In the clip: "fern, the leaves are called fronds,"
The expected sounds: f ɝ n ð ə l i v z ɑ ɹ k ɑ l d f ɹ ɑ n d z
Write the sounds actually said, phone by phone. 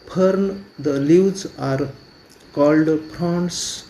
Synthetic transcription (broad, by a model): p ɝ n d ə l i w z ɑ ɹ k ɑ l d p ɹ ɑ n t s